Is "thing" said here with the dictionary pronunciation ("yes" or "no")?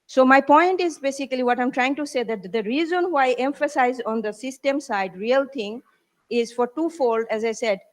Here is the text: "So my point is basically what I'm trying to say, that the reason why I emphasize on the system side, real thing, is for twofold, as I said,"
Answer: no